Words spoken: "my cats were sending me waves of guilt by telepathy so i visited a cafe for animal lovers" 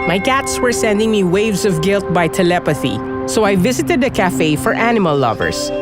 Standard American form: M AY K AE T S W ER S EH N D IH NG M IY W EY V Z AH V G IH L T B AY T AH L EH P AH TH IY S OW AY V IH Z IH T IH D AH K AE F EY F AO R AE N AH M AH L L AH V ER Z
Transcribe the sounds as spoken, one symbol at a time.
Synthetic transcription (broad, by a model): M AY K AE T S W ER S EH N D IH NG M IY W EY V Z AH V G IH L T B AY T AH L EH P AH TH IY S OW AY V IH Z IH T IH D AH K AE F EY F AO R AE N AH M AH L L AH V ER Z